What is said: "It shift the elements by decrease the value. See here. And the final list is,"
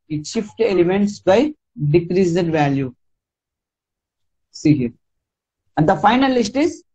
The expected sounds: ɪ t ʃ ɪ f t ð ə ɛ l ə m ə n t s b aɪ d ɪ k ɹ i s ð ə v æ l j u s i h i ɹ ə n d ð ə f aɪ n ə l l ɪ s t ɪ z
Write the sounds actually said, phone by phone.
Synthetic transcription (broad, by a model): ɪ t ʃ ɪ f t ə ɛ l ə m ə n t s b aɪ d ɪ k ɹ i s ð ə v æ l j u s i h i ɹ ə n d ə f aɪ n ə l l ɪ s t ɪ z